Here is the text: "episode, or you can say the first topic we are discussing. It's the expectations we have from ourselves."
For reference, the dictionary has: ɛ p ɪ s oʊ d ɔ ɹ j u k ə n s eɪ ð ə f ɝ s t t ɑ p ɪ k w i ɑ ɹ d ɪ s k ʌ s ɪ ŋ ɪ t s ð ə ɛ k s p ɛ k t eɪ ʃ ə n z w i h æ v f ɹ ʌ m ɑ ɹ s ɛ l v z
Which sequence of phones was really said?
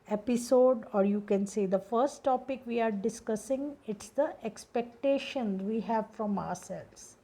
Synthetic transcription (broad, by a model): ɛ p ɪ s oʊ d ɔ ɹ j u k ə n s eɪ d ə f ɝ s t t ɑ p ɪ k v i ɑ ɹ d ɪ s k ʌ s ɪ ŋ ɪ t s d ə ɛ k s p ɛ k t eɪ ʃ ə n z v i h æ v f ɹ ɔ m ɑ ɹ s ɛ l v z